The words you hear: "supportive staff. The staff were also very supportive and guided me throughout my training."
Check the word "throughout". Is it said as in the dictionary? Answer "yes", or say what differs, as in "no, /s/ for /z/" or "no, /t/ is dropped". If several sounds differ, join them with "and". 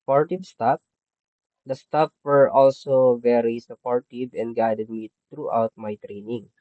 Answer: no, /t/ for /θ/